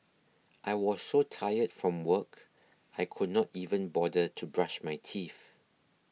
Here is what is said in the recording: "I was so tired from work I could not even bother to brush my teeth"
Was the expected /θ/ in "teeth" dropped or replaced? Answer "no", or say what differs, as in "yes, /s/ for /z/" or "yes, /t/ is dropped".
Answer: yes, /f/ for /θ/